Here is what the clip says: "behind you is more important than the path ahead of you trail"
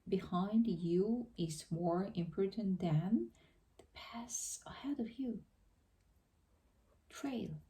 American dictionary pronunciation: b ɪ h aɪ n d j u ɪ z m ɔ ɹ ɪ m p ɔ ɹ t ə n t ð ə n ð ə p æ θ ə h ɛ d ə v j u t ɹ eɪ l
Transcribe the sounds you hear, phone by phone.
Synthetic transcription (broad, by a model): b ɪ h aɪ n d j u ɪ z m ɔ ɹ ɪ m p ɔ ɹ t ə n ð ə n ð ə p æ s ə h ɛ d ə v j u t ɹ eɪ l